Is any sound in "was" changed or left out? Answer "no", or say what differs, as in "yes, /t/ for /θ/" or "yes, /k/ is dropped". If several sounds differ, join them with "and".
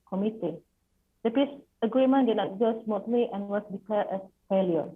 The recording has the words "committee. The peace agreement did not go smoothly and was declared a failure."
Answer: yes, /s/ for /z/